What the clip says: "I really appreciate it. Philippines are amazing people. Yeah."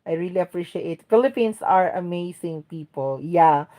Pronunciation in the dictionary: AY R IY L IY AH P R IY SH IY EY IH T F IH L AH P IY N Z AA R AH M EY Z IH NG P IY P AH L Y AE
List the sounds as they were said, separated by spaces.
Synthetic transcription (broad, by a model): AY R IY L IY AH P R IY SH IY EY IH T F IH L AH P IY N S AA R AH M EY S IH NG P IY P AH L Y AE